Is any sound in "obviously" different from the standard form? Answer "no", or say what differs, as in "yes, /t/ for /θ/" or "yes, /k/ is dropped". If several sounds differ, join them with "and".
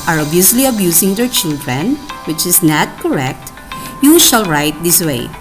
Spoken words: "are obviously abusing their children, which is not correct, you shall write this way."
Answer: yes, /v/ is dropped